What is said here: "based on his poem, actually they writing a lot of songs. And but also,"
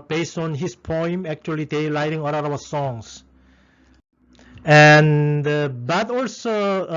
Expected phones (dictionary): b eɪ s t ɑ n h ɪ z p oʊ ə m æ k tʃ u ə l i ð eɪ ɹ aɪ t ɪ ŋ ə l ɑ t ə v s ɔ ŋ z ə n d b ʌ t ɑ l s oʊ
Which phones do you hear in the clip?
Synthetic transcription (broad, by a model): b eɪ s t ɑ n h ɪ s p oʊ ə m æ k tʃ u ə l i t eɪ l aɪ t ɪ ŋ ə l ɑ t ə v s ɔ ŋ s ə n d b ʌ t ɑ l s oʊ